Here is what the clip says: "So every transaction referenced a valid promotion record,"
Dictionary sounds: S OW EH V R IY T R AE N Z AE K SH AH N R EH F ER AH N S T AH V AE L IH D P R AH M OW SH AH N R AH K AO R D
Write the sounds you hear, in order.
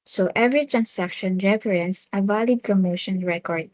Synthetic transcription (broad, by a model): S OW EH V R IY T R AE N S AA K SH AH N R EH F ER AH N S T AH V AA L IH D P R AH M OW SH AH N R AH K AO R D